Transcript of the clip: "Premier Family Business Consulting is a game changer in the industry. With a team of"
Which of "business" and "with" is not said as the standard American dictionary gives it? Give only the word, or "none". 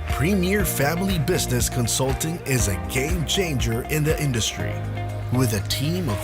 none